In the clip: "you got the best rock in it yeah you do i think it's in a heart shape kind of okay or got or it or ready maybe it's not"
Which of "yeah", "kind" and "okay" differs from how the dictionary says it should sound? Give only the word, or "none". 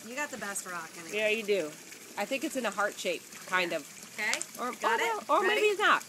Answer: none